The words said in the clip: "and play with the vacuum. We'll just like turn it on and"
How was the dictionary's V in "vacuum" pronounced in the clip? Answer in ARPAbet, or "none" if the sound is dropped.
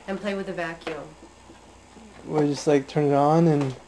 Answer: V